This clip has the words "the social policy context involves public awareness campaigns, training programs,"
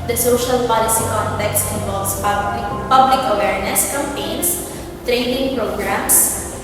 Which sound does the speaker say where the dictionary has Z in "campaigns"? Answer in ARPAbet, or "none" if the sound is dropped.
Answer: S